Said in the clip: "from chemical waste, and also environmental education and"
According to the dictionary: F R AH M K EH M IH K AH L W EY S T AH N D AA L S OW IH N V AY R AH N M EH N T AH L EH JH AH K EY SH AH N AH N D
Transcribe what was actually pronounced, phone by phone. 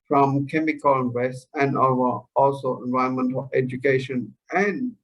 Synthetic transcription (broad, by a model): F R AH M K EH M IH K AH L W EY S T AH N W AA L S OW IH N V AY AH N M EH N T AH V EH JH AH K EY SH AH N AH N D